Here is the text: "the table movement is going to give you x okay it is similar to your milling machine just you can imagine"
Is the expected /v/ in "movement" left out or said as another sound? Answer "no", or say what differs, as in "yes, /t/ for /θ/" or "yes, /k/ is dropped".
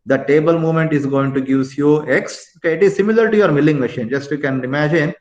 yes, /v/ is dropped